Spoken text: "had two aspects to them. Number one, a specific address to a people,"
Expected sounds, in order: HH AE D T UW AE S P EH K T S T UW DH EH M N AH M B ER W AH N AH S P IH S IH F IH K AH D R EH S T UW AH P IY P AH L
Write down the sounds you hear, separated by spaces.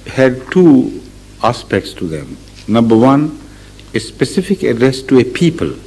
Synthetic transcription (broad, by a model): HH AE D T UW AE S P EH K T S T UW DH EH M N AH M B ER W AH N AH S P IH S IH F IH K AH D R EH S T UW AH P IY P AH L